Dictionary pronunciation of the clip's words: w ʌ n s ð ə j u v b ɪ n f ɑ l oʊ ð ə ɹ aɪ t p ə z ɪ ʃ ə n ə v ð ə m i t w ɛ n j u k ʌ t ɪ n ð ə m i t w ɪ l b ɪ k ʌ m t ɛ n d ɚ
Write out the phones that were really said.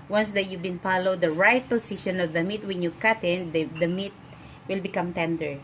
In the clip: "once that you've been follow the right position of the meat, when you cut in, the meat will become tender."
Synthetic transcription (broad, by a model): w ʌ n s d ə j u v b ɪ n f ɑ l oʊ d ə ɹ aɪ t p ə s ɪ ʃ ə n ə v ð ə m i t w ɛ n j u k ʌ t ɪ n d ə m i t w ɪ l b ɪ k ʌ m t ɛ n d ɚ